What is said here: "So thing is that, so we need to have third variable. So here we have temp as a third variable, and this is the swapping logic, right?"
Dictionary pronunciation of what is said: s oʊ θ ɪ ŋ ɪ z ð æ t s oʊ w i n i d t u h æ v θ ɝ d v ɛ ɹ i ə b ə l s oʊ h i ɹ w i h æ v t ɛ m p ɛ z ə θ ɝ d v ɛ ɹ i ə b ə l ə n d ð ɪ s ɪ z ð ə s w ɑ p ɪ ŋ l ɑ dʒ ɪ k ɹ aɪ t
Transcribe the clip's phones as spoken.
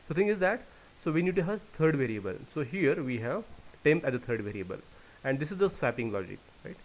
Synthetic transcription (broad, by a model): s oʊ t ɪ ŋ ɪ z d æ t s oʊ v i n i d t u h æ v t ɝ d v ɛ ɹ i ə b ə l s oʊ h i ɹ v i h æ v t ɛ m p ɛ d ə t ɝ d v ɛ ɹ i ə b ə l ə n d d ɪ s ɪ z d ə s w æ p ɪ ŋ l ɑ dʒ ɪ k ɹ aɪ t